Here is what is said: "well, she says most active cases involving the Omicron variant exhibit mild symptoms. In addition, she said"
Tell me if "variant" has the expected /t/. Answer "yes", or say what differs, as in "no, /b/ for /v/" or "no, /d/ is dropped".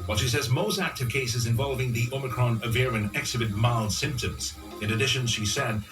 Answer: no, /t/ is dropped